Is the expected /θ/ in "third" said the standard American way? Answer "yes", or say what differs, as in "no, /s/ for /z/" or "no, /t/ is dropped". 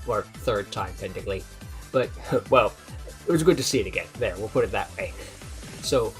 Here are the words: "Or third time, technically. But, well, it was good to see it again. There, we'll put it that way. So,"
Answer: yes